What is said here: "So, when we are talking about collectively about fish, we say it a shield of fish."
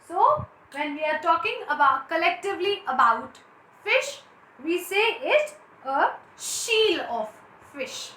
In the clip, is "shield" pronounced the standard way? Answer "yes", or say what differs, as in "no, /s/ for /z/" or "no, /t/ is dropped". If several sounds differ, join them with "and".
no, /d/ is dropped